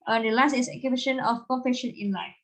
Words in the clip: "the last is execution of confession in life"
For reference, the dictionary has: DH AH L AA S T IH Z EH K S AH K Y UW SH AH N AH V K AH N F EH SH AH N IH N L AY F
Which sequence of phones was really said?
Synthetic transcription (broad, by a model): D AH L AA S T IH S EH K AH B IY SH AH N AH F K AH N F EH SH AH N IH N L AY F